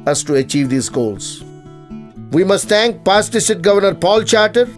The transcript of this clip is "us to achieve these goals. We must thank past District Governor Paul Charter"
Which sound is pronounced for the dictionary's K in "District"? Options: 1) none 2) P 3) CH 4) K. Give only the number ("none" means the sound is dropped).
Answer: 1